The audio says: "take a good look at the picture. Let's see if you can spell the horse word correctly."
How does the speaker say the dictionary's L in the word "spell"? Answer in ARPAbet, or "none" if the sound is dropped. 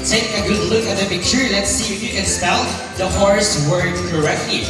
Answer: N